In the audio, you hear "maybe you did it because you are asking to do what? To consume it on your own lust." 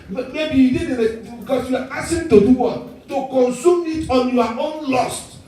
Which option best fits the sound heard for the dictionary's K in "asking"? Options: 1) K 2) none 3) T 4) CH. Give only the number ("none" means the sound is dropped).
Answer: 2